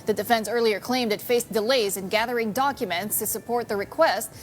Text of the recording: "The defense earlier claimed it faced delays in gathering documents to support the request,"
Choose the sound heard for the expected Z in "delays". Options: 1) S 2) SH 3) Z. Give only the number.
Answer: 3